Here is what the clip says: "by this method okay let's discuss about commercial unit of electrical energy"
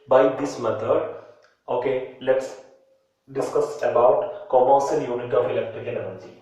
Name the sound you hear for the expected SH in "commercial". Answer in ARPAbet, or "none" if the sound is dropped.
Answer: S